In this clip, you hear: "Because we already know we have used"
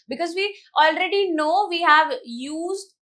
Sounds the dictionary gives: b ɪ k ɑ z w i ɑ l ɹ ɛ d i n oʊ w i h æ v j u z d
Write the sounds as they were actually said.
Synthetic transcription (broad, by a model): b ɪ k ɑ z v i ɑ l ɹ ɛ d i n oʊ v i h æ v j u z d